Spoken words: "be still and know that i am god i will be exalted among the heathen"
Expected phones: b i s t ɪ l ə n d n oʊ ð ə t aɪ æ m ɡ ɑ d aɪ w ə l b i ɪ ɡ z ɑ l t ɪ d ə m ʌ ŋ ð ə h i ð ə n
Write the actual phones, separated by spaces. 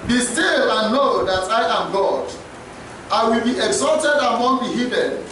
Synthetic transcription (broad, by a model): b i s t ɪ l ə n n oʊ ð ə t aɪ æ m ɡ ɑ d aɪ w ə l b i ɪ ɡ z ɑ l t ɪ d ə m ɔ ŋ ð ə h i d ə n